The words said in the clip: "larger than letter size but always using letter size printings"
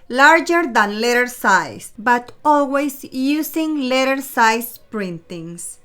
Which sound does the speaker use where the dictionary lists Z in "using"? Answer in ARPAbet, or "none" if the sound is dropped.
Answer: S